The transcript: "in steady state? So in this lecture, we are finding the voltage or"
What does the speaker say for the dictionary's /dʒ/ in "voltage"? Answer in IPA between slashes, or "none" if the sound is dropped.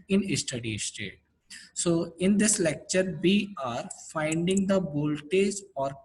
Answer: /z/